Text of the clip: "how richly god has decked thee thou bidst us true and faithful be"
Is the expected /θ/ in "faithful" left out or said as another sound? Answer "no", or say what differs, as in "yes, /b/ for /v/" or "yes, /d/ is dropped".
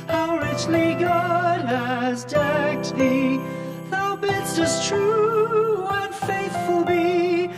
no